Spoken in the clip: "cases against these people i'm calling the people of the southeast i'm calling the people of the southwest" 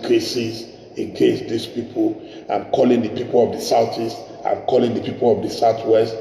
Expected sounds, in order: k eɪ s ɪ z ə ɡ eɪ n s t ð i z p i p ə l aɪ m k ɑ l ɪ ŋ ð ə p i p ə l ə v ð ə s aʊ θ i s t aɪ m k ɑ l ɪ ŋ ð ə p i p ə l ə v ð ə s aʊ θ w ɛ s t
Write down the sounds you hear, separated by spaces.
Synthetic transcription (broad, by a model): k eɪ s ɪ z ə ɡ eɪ s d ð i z p i p ə l aɪ m k ɑ l ɪ ŋ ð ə p i p ə l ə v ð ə s aʊ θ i s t aɪ m k ɑ l ɪ ŋ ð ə p i p ə l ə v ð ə s aʊ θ w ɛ s t